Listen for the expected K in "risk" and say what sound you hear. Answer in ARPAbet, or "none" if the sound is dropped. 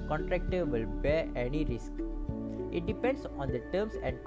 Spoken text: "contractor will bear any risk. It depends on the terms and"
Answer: K